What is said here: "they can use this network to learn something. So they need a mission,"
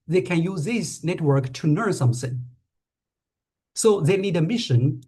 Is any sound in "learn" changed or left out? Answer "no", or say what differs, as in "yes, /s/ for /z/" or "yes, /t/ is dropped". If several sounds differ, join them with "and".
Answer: yes, /n/ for /l/